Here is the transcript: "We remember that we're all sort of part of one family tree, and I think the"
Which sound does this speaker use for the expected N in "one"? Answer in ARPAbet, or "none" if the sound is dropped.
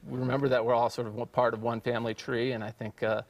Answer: N